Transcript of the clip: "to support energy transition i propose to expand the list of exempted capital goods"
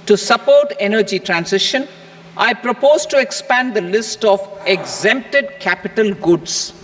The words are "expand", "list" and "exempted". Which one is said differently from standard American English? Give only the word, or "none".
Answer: none